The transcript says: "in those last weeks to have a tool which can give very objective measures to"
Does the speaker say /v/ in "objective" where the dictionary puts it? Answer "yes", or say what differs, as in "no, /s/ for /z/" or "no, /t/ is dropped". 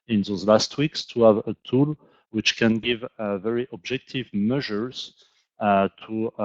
yes